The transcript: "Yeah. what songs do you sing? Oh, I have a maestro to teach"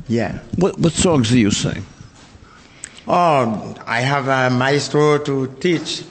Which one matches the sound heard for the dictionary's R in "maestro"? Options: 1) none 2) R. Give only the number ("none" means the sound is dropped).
1